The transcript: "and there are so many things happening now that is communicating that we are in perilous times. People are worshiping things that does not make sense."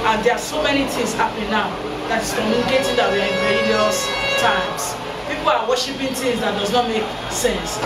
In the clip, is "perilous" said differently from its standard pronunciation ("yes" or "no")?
yes